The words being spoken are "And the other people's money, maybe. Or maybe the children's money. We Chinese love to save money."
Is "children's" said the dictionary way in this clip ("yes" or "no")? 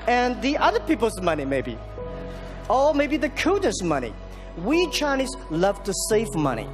no